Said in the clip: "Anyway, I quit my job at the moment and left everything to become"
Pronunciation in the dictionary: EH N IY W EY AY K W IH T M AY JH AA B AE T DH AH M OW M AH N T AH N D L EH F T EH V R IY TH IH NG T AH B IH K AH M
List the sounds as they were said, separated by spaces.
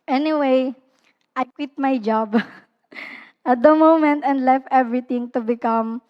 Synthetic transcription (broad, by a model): EH N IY W EY AY K W IH T M AY JH AA B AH T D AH M OW M AH N T AH N D L EH F T EH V R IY T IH NG T AH B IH K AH M